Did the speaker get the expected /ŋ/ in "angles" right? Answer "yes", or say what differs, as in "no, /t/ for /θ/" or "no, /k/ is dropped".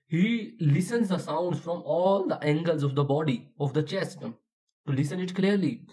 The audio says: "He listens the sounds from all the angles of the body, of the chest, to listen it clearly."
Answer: yes